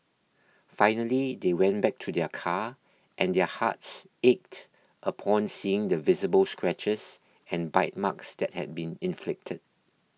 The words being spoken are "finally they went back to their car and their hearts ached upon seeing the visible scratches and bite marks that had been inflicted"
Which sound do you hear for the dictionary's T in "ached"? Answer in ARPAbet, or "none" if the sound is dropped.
T